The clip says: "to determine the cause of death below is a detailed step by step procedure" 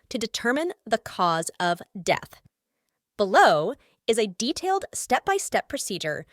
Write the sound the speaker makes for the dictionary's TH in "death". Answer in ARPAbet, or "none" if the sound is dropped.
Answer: TH